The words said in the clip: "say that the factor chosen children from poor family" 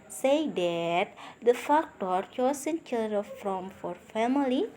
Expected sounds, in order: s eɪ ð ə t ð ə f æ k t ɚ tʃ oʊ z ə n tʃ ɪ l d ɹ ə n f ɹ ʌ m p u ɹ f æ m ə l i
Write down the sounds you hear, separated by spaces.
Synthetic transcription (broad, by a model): s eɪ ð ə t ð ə f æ k t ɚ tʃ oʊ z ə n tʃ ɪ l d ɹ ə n f ɹ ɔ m f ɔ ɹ f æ m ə l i